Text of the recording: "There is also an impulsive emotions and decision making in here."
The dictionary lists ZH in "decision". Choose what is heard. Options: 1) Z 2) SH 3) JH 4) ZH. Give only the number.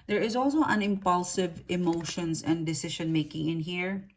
2